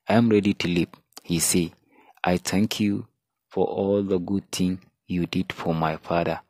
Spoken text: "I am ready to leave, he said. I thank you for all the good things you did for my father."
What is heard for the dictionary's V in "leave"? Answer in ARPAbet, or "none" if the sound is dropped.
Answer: P